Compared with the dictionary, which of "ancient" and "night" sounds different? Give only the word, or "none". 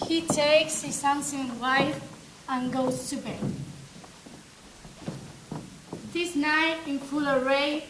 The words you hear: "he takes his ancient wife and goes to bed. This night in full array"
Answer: ancient